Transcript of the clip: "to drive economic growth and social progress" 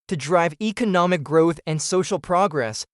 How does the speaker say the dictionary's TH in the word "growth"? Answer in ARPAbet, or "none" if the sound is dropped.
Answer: TH